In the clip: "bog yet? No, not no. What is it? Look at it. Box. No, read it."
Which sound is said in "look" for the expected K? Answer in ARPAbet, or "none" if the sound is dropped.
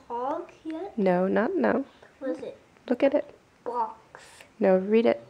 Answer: K